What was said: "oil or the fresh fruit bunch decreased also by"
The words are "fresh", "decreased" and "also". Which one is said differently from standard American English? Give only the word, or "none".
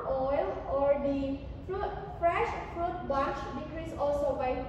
decreased